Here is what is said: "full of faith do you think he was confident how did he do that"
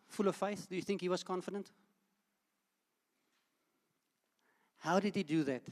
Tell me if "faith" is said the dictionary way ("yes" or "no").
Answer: yes